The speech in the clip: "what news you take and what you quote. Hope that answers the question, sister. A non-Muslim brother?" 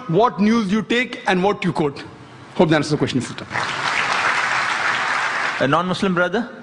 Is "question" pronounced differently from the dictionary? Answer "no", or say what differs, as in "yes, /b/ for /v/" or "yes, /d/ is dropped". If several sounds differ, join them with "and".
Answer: yes, /ʃ/ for /s/